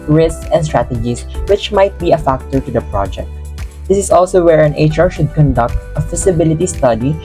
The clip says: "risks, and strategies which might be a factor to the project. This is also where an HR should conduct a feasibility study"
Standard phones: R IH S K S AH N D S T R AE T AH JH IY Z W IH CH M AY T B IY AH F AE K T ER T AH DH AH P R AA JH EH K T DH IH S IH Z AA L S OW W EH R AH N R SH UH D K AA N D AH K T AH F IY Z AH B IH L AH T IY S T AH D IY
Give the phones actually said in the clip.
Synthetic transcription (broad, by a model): R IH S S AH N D S T R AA T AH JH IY S W IH CH M AY T B IY AH F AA K T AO T AH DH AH P R AA JH EH K T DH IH S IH S AA L S OW W EH R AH N R SH UH D K AA N D AH K T AH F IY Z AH B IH L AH T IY S T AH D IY